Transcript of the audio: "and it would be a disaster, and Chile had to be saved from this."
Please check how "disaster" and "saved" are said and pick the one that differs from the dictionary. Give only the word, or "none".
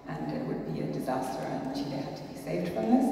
none